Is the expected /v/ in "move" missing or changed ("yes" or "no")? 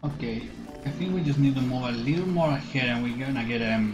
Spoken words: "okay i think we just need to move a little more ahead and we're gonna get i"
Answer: yes